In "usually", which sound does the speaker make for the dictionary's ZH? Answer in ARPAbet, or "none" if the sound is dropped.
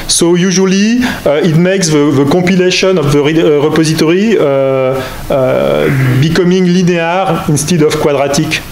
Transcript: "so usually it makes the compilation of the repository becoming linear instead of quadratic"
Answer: ZH